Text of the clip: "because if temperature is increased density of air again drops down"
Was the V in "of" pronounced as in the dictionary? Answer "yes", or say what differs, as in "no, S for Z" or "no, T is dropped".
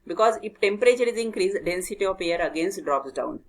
no, P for V